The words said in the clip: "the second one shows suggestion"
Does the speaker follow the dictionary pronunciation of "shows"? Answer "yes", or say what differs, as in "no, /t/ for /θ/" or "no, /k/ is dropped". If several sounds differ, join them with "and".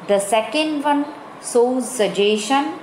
no, /s/ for /ʃ/